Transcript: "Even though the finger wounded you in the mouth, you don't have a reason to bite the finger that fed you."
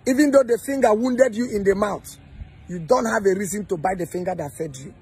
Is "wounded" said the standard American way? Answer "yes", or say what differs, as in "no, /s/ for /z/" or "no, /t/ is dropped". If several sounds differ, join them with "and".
yes